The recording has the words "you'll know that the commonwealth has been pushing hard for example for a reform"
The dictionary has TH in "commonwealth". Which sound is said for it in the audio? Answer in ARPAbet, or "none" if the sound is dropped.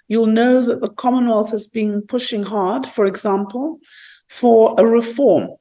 TH